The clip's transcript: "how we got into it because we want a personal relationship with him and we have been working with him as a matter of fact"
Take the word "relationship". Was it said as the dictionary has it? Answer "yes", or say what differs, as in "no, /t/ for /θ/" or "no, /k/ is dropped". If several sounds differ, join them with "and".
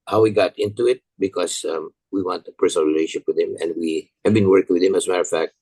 no, /ʃ/ is dropped and /n/ is dropped